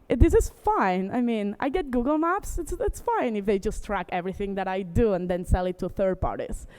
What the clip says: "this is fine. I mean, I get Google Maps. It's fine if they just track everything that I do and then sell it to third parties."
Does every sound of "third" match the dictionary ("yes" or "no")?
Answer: yes